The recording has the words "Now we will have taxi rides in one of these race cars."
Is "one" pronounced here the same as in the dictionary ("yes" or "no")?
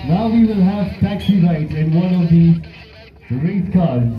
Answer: yes